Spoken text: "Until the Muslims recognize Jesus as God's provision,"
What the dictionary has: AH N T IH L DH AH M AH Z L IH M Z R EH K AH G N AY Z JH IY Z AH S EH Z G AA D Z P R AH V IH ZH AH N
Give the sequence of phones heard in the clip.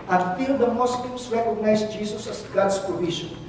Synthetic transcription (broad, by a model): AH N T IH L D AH M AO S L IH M S R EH K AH G N AY S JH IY S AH S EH S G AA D S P R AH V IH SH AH N